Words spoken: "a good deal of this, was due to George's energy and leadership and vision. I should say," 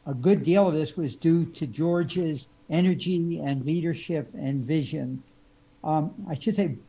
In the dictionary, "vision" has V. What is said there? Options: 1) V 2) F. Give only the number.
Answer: 1